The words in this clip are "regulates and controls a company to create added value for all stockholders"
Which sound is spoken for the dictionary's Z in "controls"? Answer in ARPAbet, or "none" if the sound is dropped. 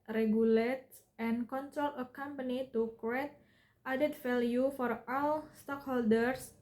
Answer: none